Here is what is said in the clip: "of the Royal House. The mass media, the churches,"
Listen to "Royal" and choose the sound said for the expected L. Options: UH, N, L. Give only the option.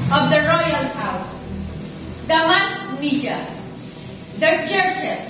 L